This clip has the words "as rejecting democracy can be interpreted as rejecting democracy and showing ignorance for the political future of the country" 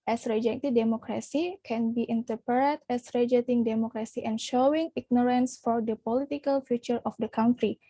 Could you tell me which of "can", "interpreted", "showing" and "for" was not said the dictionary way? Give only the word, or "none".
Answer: interpreted